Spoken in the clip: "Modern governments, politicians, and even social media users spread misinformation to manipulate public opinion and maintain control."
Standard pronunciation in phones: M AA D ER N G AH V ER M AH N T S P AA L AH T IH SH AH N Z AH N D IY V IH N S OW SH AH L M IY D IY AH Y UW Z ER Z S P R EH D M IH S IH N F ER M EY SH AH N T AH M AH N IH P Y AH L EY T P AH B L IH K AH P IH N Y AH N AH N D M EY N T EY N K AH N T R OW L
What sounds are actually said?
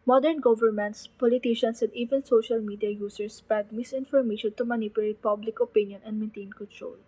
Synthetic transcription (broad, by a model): M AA D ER N G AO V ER M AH N T S P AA L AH T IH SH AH N S AH N D IY V IH N S OW SH AH L M IY D IY AH Y UW S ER S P EH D M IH S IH N F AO M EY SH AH N T AH M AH N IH P Y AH L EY T P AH B L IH K AH P IH N Y AH N AH N D M EY N T EY N K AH N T R OW L